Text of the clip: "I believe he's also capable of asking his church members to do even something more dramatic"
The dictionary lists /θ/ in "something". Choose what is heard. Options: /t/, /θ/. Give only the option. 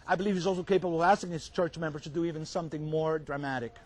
/θ/